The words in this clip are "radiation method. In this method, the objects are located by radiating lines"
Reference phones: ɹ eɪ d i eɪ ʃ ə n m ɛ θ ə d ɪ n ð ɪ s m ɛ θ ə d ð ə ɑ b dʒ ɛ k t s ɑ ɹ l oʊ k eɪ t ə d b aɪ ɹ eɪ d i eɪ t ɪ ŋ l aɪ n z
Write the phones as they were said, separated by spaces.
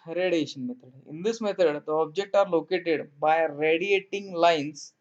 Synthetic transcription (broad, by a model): ɹ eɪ d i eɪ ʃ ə n m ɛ t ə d ɪ n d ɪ s m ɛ t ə d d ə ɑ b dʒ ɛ k t ɑ ɹ l oʊ k eɪ t ə d b aɪ ɹ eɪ d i eɪ t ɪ ŋ l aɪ n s